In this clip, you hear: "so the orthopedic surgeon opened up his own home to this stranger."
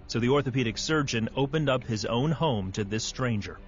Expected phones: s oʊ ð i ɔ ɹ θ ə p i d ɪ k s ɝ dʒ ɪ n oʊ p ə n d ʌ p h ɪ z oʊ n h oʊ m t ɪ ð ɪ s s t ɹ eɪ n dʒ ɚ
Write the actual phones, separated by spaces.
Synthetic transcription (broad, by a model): s oʊ ð i ɔ ɹ θ ə p i d ɪ k s ɝ dʒ ɪ n oʊ p ə n d ʌ p h ɪ z oʊ n h oʊ m t ɪ ð ɪ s s t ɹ eɪ n dʒ ɚ